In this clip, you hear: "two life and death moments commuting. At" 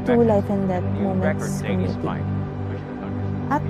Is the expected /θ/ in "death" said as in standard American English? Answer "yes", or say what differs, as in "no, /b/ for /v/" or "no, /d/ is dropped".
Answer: no, /t/ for /θ/